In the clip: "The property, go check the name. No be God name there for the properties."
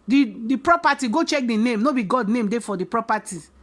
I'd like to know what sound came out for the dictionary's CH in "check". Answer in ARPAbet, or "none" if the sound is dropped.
CH